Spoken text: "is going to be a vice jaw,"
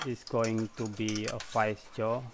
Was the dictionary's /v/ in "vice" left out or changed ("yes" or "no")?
yes